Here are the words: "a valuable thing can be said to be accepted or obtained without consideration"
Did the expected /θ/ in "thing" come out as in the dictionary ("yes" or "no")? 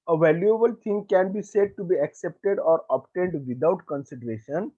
no